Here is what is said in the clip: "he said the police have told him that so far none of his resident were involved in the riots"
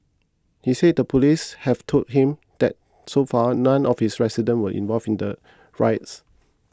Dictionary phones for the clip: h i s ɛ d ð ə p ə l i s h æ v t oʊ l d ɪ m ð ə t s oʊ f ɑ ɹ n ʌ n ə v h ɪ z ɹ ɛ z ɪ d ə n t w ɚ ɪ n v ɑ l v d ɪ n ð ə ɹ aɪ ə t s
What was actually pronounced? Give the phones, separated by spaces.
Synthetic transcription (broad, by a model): h i s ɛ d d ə p ə l i s h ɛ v t oʊ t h ɪ m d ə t s oʊ f ɑ n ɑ n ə f h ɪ s ɹ ɛ s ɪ d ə n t w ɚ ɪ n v ɑ l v ɪ n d ə ɹ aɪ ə t s